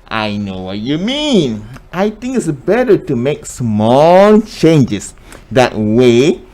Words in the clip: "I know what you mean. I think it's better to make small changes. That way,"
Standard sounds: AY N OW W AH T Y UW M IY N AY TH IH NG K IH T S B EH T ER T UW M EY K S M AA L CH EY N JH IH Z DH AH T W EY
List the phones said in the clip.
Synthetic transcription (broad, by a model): AY N OW W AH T Y UW M IY N AY T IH NG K IH T S B EH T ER T UW M EY K S M AA L CH EY N JH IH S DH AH T W EY